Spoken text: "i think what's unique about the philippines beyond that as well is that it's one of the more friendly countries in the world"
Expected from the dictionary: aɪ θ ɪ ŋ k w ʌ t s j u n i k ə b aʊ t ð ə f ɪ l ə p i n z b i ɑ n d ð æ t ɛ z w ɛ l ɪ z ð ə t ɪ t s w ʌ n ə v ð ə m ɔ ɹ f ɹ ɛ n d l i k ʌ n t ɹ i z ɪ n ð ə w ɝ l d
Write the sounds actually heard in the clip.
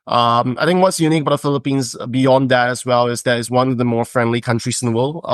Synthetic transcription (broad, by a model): aɪ θ ɪ ŋ k w ʌ t s j u n i k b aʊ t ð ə f ɪ l ə p i n z b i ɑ n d ð æ t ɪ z w ɛ l ɪ z ð ə t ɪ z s w ʌ n ə v ð ə m ɔ ɹ f ɹ ɛ n d l i k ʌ n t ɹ i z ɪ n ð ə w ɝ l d